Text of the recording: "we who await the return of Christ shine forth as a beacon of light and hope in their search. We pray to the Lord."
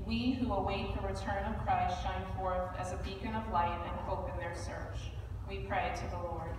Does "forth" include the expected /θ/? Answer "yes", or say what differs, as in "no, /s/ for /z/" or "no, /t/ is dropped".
yes